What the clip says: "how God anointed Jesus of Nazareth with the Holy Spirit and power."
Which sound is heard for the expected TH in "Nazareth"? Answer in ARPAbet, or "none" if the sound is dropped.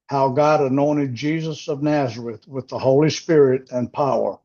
TH